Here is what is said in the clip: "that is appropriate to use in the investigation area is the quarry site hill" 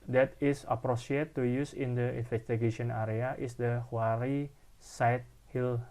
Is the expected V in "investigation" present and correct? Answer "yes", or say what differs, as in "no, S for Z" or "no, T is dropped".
no, F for V